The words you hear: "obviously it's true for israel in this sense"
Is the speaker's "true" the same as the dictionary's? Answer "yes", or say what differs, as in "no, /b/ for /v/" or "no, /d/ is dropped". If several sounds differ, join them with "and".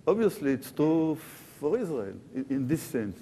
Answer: no, /ɹ/ is dropped